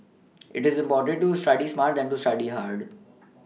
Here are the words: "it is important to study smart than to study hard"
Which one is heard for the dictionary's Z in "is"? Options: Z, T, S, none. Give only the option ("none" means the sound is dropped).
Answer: Z